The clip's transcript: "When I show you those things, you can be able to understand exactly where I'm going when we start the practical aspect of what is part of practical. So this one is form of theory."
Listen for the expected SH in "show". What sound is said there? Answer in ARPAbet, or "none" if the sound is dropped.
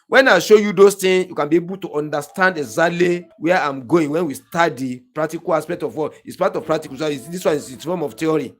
SH